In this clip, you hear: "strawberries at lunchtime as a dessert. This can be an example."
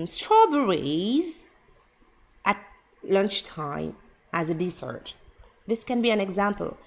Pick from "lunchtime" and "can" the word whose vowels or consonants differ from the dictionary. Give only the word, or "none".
none